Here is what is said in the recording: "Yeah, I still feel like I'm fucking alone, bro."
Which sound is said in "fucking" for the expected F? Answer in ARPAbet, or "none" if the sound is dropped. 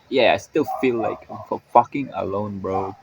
F